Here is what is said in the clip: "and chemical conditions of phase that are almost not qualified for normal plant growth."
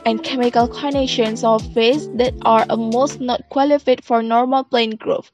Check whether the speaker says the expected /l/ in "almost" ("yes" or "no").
no